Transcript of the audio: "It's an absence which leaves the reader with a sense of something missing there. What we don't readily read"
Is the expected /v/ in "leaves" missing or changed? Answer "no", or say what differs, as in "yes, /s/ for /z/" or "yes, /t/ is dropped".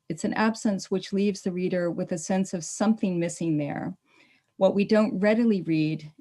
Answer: no